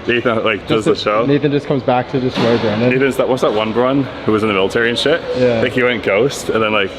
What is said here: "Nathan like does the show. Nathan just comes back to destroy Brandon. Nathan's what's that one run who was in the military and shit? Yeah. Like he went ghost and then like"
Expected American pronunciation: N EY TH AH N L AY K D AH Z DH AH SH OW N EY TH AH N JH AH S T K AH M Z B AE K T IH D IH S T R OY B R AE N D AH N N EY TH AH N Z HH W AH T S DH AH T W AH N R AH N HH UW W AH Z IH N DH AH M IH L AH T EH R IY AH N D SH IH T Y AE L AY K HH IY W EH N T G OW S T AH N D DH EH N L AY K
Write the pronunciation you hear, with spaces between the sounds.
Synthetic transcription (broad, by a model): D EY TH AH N L AY K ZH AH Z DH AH SH OW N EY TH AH N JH AH S K AH M Z B AE K T IH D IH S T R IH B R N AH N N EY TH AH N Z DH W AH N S DH AH T W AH N R AH N HH UW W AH Z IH N DH AH M IH L AH T EH R IY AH N SH IH T Y AE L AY K HH IY W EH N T G OW S T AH N DH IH N L AY K